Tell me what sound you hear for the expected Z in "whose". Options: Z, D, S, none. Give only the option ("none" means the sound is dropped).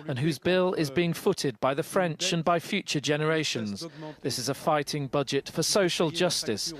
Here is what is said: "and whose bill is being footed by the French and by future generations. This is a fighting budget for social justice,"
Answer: Z